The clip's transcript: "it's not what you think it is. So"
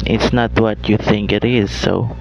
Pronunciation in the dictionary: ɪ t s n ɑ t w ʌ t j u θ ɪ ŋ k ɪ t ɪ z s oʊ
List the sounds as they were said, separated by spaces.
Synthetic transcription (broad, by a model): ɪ t s n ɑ t w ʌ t j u θ ɪ ŋ k ɪ t ɪ z s oʊ